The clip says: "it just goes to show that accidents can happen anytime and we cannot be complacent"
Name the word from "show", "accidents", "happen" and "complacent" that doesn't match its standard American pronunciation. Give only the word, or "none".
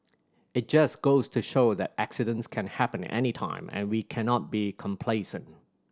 none